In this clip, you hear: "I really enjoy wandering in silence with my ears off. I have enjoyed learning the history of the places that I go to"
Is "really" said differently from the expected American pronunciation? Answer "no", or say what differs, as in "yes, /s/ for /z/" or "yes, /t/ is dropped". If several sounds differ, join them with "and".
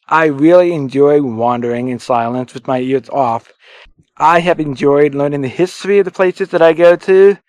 no